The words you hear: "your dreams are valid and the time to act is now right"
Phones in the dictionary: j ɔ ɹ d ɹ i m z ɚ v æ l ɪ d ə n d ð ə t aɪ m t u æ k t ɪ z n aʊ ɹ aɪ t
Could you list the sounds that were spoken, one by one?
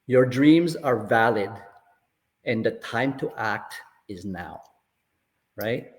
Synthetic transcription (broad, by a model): j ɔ ɹ d ɹ i m z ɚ v æ l ɪ d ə n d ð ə t aɪ m t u æ k t ɪ z n aʊ ɹ aɪ t